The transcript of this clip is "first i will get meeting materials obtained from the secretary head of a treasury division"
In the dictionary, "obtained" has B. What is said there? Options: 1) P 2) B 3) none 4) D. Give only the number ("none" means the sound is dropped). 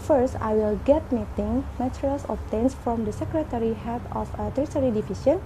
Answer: 3